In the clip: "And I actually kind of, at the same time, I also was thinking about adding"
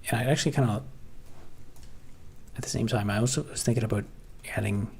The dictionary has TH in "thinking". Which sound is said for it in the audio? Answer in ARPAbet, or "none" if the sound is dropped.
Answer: TH